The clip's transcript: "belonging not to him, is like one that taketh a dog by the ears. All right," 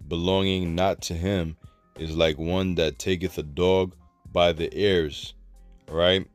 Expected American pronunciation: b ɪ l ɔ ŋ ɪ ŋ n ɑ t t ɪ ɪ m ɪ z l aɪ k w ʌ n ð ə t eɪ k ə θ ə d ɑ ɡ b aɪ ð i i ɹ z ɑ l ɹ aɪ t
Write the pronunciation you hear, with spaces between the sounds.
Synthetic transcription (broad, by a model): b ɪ l ɔ ŋ ɪ ŋ n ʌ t t ɪ ɪ m ɪ z l aɪ k w ʌ n ð ə t eɪ k ə θ ə d ɑ ɡ b aɪ ð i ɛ ɹ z ɹ aɪ t